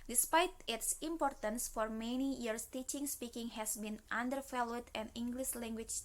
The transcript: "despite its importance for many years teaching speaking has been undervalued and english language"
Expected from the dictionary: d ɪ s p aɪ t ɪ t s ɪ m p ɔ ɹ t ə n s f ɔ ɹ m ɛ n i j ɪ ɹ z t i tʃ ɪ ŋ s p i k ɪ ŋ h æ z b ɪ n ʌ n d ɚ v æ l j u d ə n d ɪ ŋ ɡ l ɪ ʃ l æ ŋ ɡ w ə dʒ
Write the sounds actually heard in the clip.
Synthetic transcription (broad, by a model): d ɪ s p aɪ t ɪ t s ɪ m p ɔ ɹ t ə n s f ɔ ɹ m ɛ n i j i ɹ s t i tʃ ɪ ŋ s p i k ɪ ŋ h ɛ s b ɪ n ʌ n d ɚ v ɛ l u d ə n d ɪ ŋ ɡ l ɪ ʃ l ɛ ŋ ɡ w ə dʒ